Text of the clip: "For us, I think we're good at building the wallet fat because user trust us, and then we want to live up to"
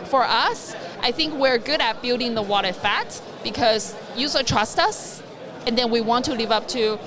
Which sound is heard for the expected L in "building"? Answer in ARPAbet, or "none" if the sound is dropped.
L